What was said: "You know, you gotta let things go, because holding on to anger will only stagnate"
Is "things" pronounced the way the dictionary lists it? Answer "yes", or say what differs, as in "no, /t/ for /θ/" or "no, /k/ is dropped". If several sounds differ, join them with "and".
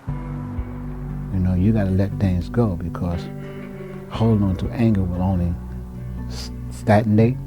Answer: yes